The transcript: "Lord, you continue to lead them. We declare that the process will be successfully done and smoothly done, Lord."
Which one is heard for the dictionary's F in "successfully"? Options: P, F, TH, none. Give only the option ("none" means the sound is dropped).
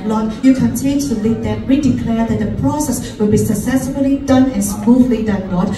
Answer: none